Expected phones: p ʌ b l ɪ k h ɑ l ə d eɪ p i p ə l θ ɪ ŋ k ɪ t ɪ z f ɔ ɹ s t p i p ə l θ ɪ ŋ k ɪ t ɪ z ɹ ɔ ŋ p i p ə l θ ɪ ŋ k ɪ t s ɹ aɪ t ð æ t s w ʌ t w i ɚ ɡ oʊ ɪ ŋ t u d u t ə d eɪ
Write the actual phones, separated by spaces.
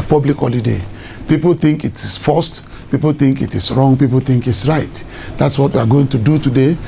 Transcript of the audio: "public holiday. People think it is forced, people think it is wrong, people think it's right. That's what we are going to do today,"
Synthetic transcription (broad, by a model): p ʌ b l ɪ k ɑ l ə d eɪ p i p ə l θ ɪ ŋ k ɪ t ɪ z f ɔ s t p i p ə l θ ɪ ŋ k ɪ t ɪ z ɹ ɔ ŋ p i p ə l θ ɪ ŋ k ɪ t s ɹ aɪ t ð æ t s w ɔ t w i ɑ ɡ oʊ ɪ ŋ t u d u t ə d eɪ